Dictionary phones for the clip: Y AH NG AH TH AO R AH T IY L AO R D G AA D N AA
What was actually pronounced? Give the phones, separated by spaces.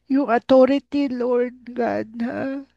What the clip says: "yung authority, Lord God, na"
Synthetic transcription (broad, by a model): Y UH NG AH T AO R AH T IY L AO R D G AA D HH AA